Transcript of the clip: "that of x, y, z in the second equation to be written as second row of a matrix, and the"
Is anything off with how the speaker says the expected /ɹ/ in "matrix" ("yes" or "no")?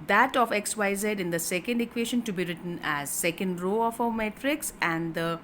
no